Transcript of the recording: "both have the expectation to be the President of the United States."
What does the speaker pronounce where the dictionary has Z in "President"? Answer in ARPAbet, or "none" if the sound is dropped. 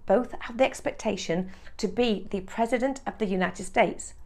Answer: Z